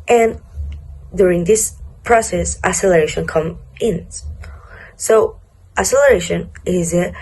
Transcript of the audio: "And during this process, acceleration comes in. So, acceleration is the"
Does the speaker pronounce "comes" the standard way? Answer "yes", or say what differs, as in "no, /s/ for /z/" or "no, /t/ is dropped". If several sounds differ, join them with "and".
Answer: no, /z/ is dropped